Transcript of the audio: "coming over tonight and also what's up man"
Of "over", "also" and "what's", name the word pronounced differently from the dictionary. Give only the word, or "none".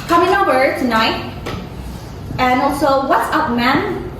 over